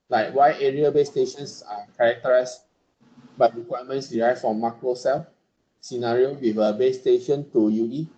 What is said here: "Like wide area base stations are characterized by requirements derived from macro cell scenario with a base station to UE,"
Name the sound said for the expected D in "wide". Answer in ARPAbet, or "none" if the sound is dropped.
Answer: none